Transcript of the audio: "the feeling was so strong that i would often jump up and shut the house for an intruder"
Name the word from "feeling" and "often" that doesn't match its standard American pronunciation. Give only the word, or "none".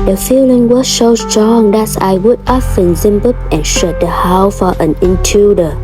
none